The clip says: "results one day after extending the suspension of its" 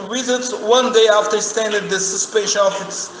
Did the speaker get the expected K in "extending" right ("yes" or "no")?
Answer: no